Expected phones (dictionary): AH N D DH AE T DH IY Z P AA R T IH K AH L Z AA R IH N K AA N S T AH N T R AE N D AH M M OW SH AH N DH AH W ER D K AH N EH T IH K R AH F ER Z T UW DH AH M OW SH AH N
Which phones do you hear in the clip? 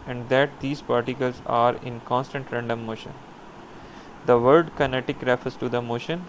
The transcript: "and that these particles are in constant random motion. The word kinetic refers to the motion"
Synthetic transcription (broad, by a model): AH N D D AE T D IY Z P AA R T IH K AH L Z AA R IH N K AA N S T AH N T R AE N D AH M M OW SH AH N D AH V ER D K AH N EH T IH K R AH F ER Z T UW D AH M OW SH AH N